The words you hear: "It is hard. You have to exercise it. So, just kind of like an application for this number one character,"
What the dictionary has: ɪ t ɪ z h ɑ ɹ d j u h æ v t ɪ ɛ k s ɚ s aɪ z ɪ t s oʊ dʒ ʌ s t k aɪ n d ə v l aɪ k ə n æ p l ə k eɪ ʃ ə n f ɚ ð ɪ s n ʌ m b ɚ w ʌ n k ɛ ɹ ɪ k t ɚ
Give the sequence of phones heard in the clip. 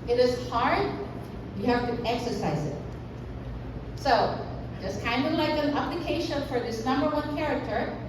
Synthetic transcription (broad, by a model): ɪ t ɪ z h ɑ ɹ d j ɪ h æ f t ɪ ɛ k s ɚ s aɪ z ɪ t s oʊ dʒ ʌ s k aɪ n d ə v l aɪ k ə n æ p l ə k eɪ ʃ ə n f ɚ ð ɪ s n ʌ m b ɚ w ʌ n k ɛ ɹ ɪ k t ɚ